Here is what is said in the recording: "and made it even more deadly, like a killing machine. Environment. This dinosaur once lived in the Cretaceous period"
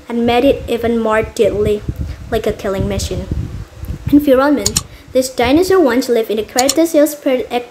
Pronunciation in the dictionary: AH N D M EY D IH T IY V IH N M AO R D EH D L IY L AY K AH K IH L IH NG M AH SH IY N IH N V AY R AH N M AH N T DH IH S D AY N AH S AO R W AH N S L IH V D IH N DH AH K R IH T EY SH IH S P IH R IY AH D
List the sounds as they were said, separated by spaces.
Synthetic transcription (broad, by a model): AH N M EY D IH T IY V IH N M AO R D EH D L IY L AY K AH K IH L IH NG M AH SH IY N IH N F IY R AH L M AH N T DH IH S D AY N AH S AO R W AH N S L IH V IH N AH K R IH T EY S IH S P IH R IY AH